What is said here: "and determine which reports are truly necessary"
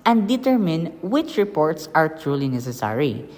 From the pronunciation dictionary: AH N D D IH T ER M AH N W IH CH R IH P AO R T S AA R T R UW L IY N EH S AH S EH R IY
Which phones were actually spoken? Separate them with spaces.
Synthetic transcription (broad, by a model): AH N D D IH T ER M AH N W IH CH R IH P AO R T S AA R T R UW L IY N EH S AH S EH R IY